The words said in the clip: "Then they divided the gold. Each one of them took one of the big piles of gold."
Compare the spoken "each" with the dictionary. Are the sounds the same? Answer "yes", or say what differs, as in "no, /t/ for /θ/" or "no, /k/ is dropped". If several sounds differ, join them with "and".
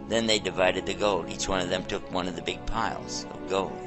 yes